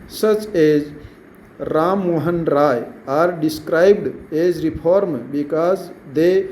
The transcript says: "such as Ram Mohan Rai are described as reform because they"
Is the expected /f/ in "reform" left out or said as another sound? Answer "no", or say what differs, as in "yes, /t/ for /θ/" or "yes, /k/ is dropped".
yes, /p/ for /f/